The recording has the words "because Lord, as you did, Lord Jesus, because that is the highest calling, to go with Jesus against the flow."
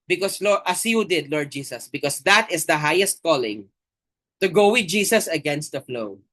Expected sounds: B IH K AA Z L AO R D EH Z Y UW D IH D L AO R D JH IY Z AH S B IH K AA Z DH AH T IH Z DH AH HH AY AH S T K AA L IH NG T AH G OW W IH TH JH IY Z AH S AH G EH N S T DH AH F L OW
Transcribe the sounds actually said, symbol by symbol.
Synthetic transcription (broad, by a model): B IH K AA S L AO R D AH S Y UW D IH D L AO R D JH IY S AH S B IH K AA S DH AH T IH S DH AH HH AY AH S T K AA L IH NG T AH G OW W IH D JH IY S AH S AH G EH N S T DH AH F L OW